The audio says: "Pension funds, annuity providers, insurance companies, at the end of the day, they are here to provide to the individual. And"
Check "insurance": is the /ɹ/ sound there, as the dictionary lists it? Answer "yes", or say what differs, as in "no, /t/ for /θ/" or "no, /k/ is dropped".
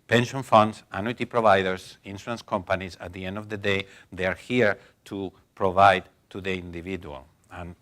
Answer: no, /ɹ/ is dropped